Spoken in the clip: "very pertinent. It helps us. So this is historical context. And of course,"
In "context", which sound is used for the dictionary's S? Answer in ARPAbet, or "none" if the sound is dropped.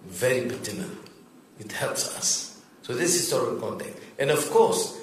none